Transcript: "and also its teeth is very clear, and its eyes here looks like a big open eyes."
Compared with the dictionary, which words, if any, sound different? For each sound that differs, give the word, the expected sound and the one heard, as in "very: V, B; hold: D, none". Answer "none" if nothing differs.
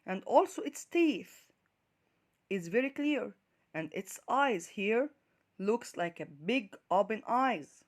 open: P, B